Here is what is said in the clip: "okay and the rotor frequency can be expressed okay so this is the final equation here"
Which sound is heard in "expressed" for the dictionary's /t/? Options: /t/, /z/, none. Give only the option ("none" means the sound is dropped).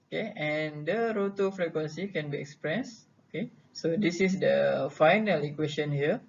none